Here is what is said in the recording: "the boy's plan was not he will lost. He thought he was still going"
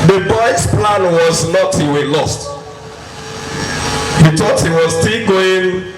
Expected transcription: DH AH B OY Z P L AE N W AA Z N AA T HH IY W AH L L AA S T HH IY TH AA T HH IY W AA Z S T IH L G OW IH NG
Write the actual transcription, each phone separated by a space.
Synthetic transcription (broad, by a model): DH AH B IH S P L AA N W AA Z N AA T HH IY W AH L L AA S T HH IY T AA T HH IY W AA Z S T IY L G OW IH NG